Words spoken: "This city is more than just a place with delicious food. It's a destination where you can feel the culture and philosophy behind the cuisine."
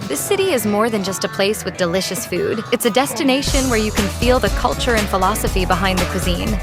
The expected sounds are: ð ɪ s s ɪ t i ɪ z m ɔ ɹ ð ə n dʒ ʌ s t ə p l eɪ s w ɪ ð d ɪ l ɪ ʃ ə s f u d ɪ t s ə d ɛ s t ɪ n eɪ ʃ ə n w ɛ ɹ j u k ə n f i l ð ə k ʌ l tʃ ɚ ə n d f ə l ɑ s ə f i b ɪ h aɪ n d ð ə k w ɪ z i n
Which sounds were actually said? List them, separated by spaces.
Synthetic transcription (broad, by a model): ð ɪ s s ɪ t i ɪ z m ɔ ɹ ð ə n dʒ ʌ s t ə p l eɪ s w ɪ ð d ɪ l ɪ ʃ ə s f u d ɪ t s ə d ɛ s t ɪ n eɪ ʃ ə n w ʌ ɹ j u k ə n f i l ð ə k ʌ l tʃ ɚ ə n f ə l ɑ s ə f i b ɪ h aɪ n ð ə k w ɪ z i n